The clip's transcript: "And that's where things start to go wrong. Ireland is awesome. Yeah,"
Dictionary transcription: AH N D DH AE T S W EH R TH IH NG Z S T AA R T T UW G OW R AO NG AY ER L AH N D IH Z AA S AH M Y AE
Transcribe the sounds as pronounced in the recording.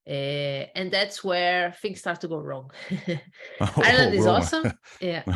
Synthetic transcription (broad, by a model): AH N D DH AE T S W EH R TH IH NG S T AA R T T UW G OW R AO NG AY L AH D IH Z AA S AH M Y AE